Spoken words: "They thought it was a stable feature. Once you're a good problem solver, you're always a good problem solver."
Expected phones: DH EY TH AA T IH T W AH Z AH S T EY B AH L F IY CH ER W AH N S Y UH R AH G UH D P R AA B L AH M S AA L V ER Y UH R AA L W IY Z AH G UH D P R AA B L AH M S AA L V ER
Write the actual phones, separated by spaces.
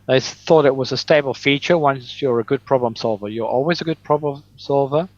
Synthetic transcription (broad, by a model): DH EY TH AA T IH T W AH Z AH S T EY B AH L F IY CH ER W AH N S Y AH R AH G UH D P R AA B L AH M S AA L V ER Y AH R AA L W IY Z AH G UH D P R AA B L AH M S AA L V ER